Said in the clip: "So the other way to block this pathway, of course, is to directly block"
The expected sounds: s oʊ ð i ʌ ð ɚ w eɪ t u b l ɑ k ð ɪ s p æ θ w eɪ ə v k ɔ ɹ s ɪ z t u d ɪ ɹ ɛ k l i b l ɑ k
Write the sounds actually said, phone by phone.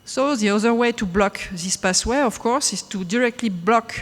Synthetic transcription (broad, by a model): s oʊ ð i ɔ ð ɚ w eɪ t u b l ɑ k ð ɪ s p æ s w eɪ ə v k ɔ ɹ s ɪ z t u d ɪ ɹ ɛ k l i b l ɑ k